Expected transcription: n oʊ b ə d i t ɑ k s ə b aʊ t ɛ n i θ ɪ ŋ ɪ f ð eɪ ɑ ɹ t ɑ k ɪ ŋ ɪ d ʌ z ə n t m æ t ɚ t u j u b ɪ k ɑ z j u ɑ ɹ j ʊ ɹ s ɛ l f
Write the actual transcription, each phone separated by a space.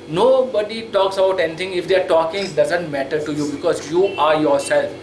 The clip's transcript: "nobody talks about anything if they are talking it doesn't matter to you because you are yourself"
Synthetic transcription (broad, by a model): n oʊ b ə d i t ɑ k s ə b aʊ t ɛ n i t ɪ ŋ ɪ f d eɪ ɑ ɹ t ɑ k ɪ ŋ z d ʌ z ə n t m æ t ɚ t u j u b ɪ k ɑ z j u ɑ ɹ j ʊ ɹ s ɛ l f